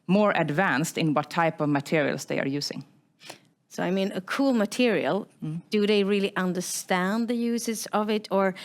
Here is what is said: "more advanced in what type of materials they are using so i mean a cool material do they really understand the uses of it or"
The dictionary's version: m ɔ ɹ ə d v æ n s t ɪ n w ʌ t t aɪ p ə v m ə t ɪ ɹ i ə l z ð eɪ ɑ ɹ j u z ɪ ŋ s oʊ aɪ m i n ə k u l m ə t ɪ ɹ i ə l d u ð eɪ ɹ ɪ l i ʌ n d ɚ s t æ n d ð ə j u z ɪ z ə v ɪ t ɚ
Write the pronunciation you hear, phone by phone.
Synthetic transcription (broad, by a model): m ɔ ɹ ə d v æ n s t ɪ n w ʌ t t aɪ p ə v m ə t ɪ ɹ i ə l s ð eɪ ɑ ɹ j u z ɪ ŋ s oʊ aɪ m i n ə k u l m ə t ɪ ɹ i ə l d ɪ ð eɪ ɹ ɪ l i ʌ n d ɚ s t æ n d ð ə j u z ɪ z ə v ɪ t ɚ